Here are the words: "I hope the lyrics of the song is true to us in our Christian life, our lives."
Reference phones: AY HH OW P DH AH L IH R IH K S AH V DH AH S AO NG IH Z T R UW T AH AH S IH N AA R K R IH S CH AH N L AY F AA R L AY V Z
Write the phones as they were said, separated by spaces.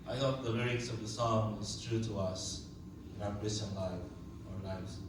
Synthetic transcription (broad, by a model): AY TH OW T DH AH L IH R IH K S AH V DH AH S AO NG IH Z T R UW T AH AH S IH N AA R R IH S AH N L AY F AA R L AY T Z